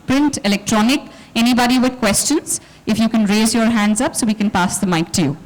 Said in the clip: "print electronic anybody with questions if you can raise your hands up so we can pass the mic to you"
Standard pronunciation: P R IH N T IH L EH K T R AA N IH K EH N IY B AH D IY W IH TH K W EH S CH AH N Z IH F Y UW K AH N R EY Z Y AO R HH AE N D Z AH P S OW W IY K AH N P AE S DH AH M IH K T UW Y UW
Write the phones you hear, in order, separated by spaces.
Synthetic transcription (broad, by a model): P R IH N T IH L EH K T R AA N IH K EH N IY B AH D IY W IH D K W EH S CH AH N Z IH F Y UW K AH N R EY Z Y AO R HH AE N D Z AH P S OW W IY K AH N P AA S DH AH M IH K T UW Y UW